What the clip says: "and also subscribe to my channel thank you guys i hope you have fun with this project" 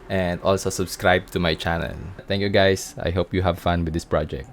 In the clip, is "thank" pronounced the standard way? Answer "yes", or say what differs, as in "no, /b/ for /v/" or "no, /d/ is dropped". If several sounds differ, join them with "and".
no, /t/ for /θ/